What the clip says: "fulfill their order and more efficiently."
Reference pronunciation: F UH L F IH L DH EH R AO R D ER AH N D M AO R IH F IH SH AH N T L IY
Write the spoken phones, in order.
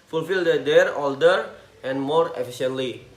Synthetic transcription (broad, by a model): F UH L F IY L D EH R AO L D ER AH N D M AO R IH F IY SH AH N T L IY